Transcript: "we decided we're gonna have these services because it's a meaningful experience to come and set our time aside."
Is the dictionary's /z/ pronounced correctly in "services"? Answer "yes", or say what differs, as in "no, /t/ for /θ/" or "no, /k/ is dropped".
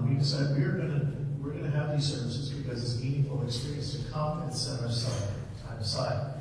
yes